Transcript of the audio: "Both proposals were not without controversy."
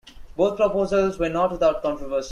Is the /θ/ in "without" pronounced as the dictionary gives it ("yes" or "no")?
no